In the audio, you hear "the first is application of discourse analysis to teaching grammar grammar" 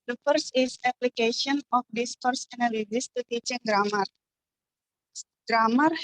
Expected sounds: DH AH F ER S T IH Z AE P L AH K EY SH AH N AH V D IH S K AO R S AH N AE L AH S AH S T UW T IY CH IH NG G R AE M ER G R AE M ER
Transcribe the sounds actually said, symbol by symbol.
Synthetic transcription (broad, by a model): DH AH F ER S IH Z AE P L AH K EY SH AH N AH F D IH S K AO R S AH N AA L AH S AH S T UW T IY CH IH NG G R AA M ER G R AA M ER